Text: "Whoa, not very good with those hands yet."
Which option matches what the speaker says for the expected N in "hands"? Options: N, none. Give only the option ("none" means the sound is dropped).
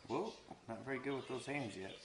N